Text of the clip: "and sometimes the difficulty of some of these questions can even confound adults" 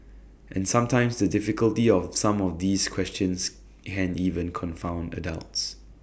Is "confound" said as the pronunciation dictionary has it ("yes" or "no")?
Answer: yes